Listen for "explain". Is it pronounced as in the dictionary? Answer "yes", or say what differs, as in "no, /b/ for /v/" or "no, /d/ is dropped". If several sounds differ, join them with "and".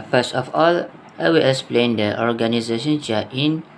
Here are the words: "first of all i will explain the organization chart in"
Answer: no, /k/ is dropped